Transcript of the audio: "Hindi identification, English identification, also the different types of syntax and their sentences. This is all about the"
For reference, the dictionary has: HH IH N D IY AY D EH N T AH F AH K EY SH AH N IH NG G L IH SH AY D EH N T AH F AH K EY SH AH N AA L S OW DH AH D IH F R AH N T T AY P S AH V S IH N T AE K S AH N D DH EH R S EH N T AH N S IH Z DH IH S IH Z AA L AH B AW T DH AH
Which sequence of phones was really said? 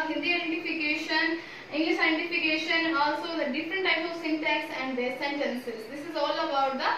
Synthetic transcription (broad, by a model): HH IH N D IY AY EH N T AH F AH K EY SH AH N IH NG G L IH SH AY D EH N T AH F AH K EY SH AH N AA L S OW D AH D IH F R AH N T T AY P AH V S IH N T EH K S AH N D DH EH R S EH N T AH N S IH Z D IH S IH Z AA L AH B AW T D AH